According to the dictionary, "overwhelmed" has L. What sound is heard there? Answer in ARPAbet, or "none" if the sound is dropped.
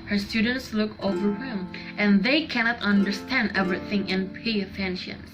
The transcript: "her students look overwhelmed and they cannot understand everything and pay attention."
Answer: none